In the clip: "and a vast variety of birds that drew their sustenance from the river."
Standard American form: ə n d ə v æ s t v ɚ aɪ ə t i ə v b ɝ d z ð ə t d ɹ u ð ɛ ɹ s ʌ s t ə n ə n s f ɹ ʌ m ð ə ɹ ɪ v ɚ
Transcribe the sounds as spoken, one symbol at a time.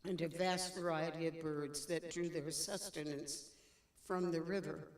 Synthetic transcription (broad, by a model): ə n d ə v æ s t v ɚ aɪ ə t i ə v b ɝ d z ð ə t d ɹ u ð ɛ ɹ s ʌ s t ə n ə n s f ɹ ʌ m ð ə ɹ ɪ v ɚ